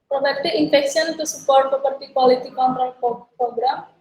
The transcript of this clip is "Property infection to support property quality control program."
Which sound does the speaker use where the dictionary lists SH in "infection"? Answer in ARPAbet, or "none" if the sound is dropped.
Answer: S